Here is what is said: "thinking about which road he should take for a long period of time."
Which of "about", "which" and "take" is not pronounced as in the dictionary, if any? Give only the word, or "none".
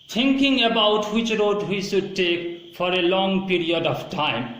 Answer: none